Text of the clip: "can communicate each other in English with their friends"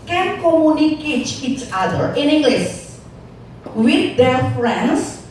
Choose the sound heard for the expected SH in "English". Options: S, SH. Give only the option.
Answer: S